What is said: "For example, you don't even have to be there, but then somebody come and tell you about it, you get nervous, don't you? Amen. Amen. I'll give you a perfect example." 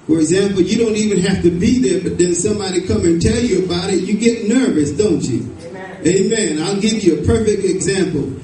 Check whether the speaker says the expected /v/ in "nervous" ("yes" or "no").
yes